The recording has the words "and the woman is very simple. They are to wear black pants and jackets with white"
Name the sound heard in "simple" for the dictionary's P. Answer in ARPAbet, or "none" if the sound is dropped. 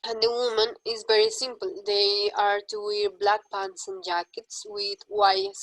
P